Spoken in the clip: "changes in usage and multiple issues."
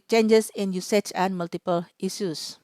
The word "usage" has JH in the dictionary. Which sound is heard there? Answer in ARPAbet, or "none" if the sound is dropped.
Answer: CH